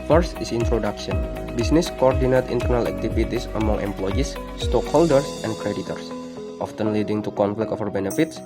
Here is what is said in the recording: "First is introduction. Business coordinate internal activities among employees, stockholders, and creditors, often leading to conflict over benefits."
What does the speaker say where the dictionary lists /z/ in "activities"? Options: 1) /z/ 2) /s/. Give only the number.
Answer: 2